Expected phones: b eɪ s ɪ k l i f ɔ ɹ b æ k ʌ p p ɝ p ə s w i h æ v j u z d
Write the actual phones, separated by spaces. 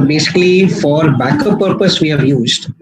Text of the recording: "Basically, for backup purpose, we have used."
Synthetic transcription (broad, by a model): b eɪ s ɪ k l i f ɔ ɹ b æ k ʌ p p ɝ p ə s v i h æ v j u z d